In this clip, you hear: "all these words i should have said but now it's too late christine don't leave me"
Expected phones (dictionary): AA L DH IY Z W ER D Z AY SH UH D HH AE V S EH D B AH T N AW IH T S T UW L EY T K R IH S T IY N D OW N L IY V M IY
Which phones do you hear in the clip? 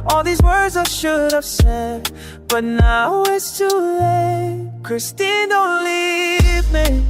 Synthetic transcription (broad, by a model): AA L DH IY Z W ER D Z AY SH UH D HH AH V S EH D B AH T N AW IH T S T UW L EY K R IH S T IY N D OW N L IY V M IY